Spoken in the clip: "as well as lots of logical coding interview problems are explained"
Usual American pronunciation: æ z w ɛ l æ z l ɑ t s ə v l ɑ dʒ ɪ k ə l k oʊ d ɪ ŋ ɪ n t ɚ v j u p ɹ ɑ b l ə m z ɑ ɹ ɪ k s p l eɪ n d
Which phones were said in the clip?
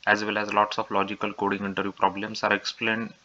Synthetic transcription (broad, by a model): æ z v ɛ l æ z l ɑ t s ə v l ɑ dʒ ɪ k ə l k oʊ d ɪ ŋ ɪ n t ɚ j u p ɹ ɑ b l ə m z ɑ ɹ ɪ k s p l eɪ n d